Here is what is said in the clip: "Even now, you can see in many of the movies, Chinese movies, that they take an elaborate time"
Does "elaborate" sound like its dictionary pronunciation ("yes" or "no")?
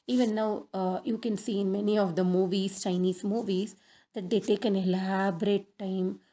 yes